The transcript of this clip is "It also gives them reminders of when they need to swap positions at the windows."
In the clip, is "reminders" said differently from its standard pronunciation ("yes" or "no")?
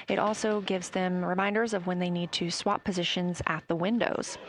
no